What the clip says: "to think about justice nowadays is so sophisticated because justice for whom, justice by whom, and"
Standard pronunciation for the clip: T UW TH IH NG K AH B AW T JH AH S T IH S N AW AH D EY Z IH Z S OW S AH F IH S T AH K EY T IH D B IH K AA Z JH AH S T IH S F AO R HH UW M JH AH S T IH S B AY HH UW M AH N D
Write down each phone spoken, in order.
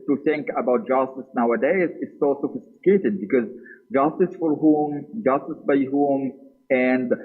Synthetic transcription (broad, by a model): T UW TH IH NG K AH B AW T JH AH S T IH S N AW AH D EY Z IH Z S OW S AH F IH S T AH K EY T IH D B IH K AA Z JH AH S T IH S F AO R HH UW M JH AH S T IH S B AY HH UW M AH N D